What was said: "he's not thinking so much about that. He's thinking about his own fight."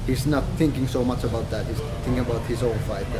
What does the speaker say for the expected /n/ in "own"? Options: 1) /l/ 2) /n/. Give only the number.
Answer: 1